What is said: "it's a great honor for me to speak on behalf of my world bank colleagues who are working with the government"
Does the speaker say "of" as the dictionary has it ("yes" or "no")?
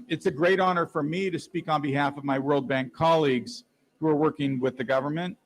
yes